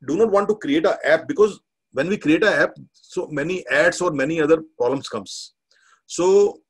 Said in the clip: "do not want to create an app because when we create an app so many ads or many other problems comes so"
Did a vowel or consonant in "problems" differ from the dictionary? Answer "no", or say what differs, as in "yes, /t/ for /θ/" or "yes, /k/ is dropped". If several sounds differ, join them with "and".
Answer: yes, /b/ is dropped